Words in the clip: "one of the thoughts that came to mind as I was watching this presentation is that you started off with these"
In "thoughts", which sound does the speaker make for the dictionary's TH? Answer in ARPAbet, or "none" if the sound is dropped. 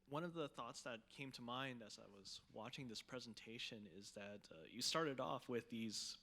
TH